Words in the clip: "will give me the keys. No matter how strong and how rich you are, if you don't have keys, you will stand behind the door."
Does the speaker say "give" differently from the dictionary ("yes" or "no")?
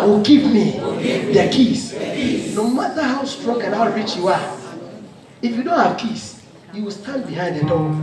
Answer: yes